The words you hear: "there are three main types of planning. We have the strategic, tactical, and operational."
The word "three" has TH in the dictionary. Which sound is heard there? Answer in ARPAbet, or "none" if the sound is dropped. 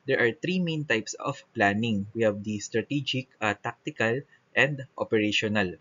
T